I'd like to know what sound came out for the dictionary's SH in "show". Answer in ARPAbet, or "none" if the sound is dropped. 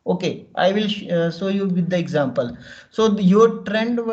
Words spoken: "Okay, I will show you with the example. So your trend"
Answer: S